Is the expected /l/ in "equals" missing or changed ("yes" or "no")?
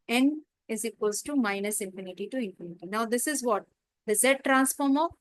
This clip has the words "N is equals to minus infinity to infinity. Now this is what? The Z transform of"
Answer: yes